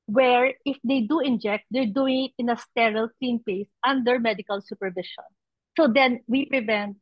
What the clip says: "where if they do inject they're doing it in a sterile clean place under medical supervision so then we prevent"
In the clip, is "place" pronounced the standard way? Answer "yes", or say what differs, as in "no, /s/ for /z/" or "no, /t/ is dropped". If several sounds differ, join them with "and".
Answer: no, /l/ is dropped